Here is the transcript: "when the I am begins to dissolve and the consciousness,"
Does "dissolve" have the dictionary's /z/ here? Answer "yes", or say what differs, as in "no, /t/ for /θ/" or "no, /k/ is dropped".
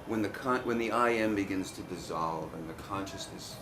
yes